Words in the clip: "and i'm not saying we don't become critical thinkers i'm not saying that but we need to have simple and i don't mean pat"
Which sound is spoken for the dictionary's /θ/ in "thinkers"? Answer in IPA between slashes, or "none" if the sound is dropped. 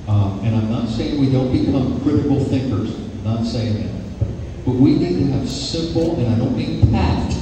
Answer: /θ/